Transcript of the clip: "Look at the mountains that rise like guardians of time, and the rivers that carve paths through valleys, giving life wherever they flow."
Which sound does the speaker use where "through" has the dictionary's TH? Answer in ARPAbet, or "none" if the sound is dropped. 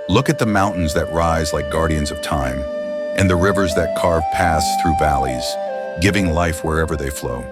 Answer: TH